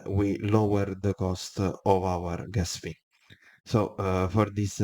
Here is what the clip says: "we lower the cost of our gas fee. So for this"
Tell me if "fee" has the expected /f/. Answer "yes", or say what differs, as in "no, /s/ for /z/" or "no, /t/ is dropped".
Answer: no, /p/ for /f/